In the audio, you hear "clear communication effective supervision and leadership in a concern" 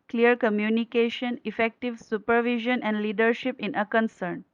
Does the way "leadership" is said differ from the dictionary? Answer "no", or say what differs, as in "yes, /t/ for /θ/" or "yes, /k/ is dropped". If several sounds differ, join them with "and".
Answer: no